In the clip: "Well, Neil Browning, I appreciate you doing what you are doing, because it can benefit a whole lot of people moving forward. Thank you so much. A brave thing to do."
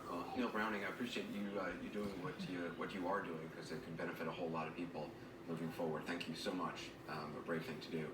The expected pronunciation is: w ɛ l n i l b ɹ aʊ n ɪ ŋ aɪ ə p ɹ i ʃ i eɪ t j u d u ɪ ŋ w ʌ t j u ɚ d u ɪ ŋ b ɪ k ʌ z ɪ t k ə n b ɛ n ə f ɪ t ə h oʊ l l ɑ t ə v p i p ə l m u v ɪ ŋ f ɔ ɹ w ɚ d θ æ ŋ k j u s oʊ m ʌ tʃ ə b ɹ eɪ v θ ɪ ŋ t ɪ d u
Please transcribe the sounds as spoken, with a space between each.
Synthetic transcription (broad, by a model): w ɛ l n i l b ɹ aʊ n ɪ ŋ aɪ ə p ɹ i ʃ i eɪ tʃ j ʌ d u ɪ ŋ w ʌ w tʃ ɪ ɚ d u ɪ ŋ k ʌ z ɪ t k ə n b ɛ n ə f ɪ t ə h oʊ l l ɑ t ə v p i p l m u v ɪ ŋ f ɔ ɹ w ɚ d θ æ ŋ k j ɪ s oʊ m ʌ tʃ ə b ɹ eɪ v θ ɪ ŋ t ɪ d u